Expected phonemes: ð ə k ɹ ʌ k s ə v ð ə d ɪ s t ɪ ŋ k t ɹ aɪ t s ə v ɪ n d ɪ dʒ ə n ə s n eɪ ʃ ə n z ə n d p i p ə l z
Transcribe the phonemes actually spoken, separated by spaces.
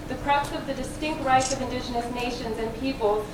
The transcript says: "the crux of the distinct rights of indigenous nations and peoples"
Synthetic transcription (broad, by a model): ð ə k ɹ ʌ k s ə v ð ə d ɪ s t ɪ ŋ k t ɹ aɪ t s ə v ɪ n d ɪ dʒ ə n ə s n eɪ ʃ ə n z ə n p i p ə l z